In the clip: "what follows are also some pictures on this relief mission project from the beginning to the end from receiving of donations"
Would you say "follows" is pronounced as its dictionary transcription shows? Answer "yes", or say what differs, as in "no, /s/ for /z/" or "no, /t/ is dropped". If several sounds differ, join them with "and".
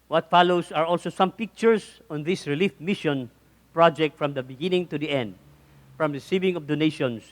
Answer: no, /s/ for /z/